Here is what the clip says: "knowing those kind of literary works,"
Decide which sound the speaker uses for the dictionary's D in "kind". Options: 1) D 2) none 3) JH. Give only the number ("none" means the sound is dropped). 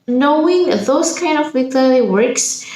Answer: 1